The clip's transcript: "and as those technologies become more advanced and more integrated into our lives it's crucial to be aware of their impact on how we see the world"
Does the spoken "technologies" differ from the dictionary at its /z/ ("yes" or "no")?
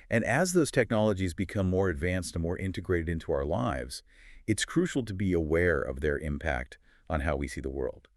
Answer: no